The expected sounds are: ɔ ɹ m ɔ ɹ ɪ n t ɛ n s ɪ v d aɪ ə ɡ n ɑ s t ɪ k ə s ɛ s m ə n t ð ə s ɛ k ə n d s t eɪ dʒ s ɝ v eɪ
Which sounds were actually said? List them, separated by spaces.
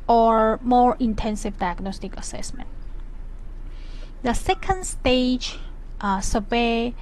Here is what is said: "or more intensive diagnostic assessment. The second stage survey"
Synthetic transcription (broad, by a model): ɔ ɹ m ɔ ɹ ɪ n t ɛ n s ɪ v d aɪ ə ɡ n ɑ s t ɪ k ə s ɛ s m ə n t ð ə s ɛ k ə n d s t eɪ dʒ s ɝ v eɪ